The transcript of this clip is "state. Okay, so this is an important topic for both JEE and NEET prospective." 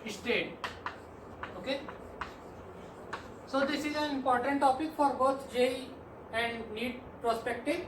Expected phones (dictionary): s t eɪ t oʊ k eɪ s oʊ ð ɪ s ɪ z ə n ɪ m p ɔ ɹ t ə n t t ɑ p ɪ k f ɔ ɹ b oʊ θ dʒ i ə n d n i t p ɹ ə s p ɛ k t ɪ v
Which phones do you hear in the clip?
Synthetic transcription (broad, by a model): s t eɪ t oʊ k eɪ s oʊ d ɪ s ɪ z ə n ɪ m p ɔ ɹ t ə n t t ɑ p ɪ k f ɔ ɹ b oʊ t dʒ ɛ ə n d n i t p ɹ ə s p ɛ k t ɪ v